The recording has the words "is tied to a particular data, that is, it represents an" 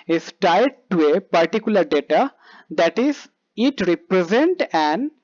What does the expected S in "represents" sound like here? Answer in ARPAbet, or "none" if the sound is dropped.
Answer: none